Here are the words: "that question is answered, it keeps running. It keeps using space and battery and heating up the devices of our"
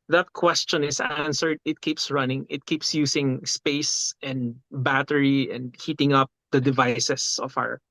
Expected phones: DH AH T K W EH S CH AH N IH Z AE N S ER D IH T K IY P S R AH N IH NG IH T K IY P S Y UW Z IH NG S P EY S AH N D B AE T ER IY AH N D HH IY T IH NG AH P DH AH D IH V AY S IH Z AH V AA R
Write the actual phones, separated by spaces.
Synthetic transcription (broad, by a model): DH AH T K W EH S CH AH N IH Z AE N S ER D IH T K IY P S R AH N IH NG IH T K IY P S Y UW S IH NG S P EY S AH N D B AE T ER IY AH N D HH IY T IH NG AH P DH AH D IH V AY S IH S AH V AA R